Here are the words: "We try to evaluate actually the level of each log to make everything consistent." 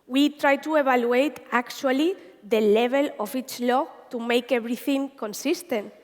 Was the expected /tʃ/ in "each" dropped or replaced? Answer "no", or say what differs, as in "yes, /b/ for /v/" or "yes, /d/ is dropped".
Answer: no